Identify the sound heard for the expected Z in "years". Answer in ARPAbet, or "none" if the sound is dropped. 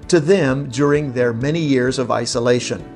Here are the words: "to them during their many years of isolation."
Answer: Z